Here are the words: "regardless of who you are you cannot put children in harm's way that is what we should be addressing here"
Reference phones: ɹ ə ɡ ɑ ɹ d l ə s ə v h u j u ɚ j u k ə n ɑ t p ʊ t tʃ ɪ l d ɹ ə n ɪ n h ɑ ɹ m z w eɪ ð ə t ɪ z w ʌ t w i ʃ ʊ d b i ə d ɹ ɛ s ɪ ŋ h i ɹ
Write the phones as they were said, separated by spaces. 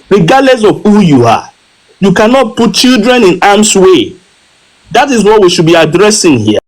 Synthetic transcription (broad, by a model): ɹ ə ɡ ɑ d l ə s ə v h u j u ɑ j u k ə n ɑ t p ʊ t tʃ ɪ l d ɹ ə n ɪ n ɑ m s w eɪ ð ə t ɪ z w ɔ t w i ʃ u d b i ə d ɹ ɛ s ɪ ŋ h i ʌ